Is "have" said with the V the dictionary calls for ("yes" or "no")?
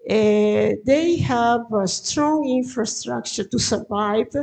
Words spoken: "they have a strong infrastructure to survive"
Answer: yes